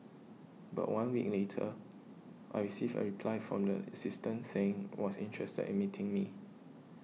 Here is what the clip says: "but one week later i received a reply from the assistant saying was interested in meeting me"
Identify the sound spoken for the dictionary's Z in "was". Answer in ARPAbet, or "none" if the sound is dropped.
S